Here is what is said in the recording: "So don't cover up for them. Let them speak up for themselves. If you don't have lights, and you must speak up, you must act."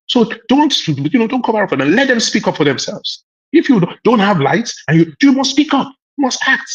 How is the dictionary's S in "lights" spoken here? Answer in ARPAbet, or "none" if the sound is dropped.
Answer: S